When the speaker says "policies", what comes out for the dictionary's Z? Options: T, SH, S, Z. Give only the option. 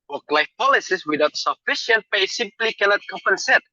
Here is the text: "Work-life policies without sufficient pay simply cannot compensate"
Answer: S